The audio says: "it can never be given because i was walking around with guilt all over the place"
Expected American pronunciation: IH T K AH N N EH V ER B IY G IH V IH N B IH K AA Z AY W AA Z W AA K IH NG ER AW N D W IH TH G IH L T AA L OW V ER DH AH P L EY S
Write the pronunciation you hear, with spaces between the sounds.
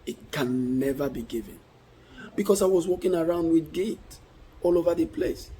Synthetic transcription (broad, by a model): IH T K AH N N EH V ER B IY G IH V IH N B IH K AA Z AY W AA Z W AA K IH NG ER AW N D W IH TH G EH T AA L OW V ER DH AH P L EY S